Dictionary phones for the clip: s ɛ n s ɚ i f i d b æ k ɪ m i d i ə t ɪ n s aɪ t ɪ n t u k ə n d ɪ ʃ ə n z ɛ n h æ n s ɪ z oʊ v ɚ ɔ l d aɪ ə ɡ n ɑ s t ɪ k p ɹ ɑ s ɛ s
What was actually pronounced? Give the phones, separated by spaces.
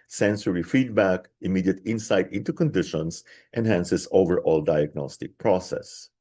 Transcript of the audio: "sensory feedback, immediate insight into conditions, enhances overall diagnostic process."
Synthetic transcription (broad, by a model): s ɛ n s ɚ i f i d b æ k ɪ m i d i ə t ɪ n s aɪ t ɪ n t u k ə n d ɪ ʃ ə n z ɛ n h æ n s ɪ s oʊ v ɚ ɔ l d aɪ ə ɡ n ɑ s t ɪ k p ɹ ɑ s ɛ s